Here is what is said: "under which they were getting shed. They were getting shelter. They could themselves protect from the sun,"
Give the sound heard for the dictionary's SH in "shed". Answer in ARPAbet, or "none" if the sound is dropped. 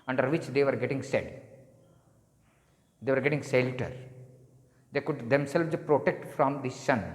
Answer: S